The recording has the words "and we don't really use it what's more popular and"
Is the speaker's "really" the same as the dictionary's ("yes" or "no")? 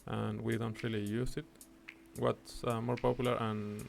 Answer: yes